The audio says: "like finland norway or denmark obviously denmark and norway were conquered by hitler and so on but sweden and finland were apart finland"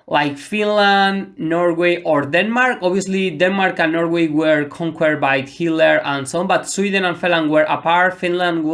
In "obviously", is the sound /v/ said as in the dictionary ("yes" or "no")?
no